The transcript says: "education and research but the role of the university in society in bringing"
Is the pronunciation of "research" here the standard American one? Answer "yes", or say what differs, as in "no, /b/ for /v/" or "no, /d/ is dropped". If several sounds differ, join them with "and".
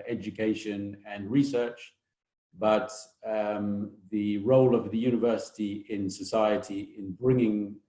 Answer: yes